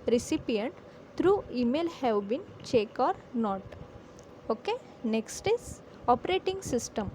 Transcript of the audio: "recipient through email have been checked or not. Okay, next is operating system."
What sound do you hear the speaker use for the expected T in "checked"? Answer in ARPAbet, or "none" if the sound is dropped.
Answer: none